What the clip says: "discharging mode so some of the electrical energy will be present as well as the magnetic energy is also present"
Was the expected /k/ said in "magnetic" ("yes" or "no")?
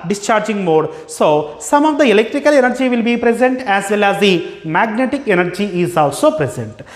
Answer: yes